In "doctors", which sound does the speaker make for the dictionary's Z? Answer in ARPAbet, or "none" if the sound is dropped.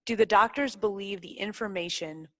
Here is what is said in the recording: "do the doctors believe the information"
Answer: Z